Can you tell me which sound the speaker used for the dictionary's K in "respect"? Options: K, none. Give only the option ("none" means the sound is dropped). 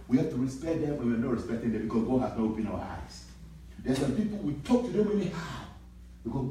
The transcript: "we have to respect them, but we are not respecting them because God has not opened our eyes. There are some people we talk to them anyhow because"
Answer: none